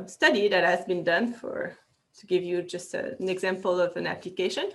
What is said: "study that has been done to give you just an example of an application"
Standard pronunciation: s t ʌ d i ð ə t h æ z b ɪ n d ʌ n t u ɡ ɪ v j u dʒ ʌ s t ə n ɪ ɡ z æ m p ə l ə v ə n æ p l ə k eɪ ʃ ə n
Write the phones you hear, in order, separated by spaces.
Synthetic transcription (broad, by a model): s t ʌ d i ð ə t h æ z b ɪ n d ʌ n t u ɡ ɪ v j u dʒ ʌ s t ə n ɪ ɡ z æ m p ə l ə v ə n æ p l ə k eɪ ʃ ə n